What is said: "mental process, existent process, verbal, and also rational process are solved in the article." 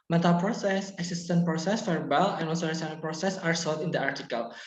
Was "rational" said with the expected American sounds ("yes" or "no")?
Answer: no